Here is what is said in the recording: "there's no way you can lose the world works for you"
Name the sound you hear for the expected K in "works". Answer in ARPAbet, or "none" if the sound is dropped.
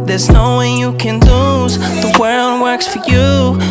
K